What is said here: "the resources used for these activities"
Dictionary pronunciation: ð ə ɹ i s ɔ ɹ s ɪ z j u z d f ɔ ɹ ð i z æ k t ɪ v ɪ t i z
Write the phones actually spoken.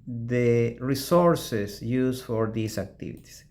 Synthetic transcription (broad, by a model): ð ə ɹ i s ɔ ɹ s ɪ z j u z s f ɔ ɹ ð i s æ k t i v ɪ t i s